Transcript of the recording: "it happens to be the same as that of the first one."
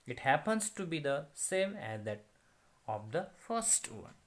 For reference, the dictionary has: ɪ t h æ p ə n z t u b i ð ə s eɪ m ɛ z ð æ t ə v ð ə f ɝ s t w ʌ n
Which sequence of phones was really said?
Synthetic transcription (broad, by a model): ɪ t h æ p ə n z t u b i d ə s eɪ m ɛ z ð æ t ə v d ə f ɝ s t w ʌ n